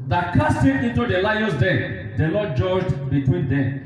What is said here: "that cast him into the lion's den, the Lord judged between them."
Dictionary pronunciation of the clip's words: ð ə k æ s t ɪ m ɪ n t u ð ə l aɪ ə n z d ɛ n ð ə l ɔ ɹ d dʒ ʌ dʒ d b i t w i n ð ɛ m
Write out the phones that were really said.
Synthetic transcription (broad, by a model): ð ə k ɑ s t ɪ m ɪ n t u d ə l aɪ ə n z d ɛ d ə n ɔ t dʒ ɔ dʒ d b i t w i n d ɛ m